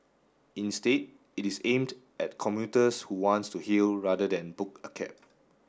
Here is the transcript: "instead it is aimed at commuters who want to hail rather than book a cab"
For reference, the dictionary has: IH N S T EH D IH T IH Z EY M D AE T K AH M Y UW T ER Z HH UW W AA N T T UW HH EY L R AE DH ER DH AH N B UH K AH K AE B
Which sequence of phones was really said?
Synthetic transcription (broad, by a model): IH N S T EH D IH T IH S EY M D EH T K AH M Y UW T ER S HH UW W AA N T T UW HH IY L R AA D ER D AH N B UH K AH K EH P